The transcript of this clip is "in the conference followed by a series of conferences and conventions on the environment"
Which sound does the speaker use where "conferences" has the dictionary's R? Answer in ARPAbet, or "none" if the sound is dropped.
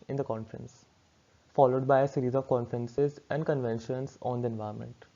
R